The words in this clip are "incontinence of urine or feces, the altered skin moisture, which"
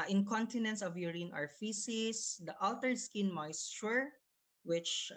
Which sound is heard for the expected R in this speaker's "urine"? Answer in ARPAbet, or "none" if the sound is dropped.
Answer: R